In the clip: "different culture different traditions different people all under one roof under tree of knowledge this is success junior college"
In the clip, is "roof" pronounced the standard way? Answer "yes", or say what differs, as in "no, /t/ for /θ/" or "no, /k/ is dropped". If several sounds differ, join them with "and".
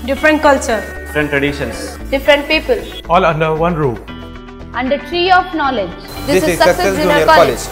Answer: no, /f/ is dropped